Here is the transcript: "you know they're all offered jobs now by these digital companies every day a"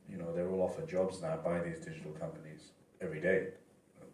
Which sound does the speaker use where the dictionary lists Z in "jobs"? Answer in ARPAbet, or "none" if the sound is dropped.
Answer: Z